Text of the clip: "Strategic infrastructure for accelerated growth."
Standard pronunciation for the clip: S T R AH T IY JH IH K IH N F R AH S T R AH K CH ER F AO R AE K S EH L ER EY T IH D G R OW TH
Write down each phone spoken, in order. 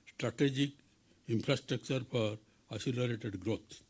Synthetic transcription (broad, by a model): S T R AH T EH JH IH K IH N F R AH S T R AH K CH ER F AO R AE S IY L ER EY T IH D G R OW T